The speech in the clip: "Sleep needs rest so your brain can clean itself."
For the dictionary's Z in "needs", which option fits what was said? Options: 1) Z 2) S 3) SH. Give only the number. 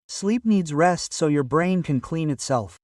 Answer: 1